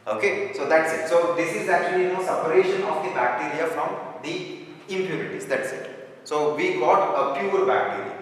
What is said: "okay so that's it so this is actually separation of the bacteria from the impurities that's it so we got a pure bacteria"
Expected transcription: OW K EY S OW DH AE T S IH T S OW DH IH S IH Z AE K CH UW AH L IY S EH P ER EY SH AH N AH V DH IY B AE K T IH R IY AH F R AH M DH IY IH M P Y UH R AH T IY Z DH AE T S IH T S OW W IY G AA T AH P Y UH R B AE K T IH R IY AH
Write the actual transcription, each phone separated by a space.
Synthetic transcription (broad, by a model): OW K EY S OW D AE T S IH T S OW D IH S IH Z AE K CH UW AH N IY S EH P ER EY SH AH N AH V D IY B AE K T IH R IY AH F R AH M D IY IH M P Y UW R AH T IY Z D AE T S IH T S OW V IY G AA T AH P Y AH R B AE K T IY R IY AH